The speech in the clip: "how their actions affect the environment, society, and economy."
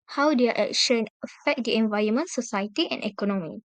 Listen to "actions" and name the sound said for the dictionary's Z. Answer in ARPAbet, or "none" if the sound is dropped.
none